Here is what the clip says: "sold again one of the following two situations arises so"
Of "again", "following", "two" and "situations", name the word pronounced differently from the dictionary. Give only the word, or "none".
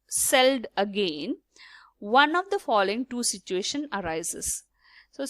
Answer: situations